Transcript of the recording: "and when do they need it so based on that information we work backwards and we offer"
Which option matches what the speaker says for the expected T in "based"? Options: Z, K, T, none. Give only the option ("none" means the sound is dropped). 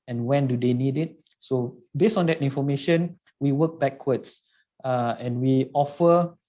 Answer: none